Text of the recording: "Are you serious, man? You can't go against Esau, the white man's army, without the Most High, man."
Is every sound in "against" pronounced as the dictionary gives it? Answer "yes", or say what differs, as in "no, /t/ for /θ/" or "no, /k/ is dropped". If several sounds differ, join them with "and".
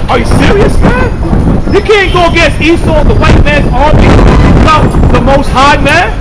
no, /n/ is dropped and /t/ is dropped